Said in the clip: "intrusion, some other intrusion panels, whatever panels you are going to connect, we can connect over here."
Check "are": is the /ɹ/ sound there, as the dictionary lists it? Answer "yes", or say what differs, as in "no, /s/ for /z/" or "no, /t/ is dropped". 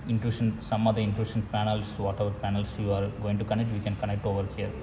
yes